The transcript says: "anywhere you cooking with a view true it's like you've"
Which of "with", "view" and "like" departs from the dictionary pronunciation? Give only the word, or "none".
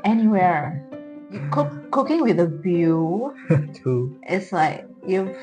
view